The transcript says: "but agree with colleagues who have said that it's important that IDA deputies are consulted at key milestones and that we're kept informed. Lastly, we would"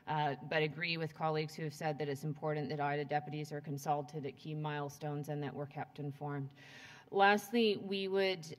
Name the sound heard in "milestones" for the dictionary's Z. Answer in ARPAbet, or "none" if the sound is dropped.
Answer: Z